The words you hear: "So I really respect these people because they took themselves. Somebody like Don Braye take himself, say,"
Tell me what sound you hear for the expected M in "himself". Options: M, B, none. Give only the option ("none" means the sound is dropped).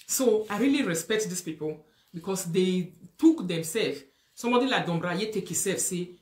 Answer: none